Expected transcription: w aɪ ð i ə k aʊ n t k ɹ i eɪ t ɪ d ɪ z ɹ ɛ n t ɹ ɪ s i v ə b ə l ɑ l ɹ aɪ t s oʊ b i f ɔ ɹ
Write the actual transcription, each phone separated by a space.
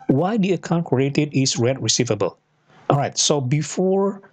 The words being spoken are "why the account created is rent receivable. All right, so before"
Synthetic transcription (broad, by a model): w aɪ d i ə k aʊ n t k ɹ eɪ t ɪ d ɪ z ɹ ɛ t ɹ ɪ s i v ə b ə l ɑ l ɹ aɪ t s oʊ b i f ɔ ɹ